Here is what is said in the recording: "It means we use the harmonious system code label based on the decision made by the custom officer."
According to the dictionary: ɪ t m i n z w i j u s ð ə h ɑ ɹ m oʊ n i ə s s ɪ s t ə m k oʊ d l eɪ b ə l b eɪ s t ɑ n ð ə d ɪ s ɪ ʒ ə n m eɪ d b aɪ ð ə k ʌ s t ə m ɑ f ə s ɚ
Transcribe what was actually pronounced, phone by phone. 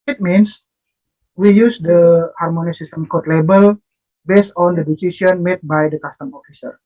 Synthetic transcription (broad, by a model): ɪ t m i n s w i j u s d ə h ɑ ɹ m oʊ n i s s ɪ s t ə m k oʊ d l eɪ b ə l b eɪ s t ɑ n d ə d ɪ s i s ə n m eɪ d b aɪ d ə k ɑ s t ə m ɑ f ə s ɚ